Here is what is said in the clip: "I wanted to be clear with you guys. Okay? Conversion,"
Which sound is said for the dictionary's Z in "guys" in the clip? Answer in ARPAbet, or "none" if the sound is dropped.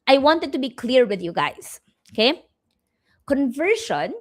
S